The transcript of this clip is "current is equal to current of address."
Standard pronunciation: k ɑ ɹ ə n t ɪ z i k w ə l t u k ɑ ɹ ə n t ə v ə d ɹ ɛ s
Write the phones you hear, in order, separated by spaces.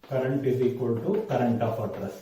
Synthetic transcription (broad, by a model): k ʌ ɹ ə n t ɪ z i k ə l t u k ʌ ɹ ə n t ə p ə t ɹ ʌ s